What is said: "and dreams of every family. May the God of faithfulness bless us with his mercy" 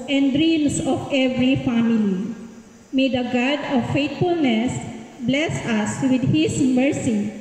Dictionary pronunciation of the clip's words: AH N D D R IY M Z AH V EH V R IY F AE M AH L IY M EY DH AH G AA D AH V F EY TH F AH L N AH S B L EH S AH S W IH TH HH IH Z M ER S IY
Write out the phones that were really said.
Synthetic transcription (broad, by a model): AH N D D R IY M S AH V EH V R IY F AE M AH L IY M EY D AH G AA D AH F EY T F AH L N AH S B L EH S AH S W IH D HH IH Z M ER S IY